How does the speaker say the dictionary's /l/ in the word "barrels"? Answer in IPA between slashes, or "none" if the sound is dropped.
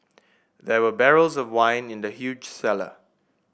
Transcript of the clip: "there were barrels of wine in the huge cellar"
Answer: /l/